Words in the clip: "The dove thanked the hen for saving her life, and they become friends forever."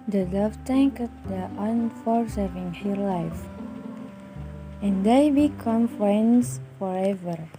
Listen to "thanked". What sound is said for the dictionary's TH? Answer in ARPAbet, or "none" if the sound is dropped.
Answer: T